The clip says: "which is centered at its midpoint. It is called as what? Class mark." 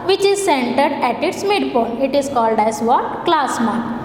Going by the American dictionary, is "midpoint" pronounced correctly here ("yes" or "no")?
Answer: no